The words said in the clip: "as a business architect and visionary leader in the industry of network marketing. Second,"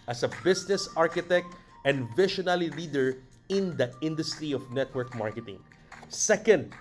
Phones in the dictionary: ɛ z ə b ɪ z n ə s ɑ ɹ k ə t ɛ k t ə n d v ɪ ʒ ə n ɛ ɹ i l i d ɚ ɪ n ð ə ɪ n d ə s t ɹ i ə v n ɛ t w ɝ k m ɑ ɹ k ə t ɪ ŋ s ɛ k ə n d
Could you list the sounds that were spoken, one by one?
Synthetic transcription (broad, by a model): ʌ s ə b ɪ s n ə s ɑ ɹ k ə t ɛ k t ə n d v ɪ ʃ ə n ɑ l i l i d ɚ ɪ n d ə ɪ n d ə s t ɹ i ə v n ɛ t w ɝ k m ɑ ɹ k ə t ɪ ŋ s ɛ k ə n d